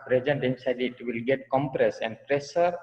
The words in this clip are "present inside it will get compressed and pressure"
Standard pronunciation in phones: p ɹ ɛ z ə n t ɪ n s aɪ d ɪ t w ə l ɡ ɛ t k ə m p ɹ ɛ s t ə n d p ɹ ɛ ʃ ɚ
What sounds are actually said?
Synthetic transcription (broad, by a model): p ɹ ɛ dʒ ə n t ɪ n s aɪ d ɪ t w ə l ɡ ɛ t k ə m p ɹ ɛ s ə n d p ɹ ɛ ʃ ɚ